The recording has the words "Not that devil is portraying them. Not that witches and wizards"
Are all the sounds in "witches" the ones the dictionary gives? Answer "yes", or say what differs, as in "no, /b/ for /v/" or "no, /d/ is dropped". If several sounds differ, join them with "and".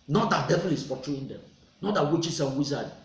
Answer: no, /s/ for /z/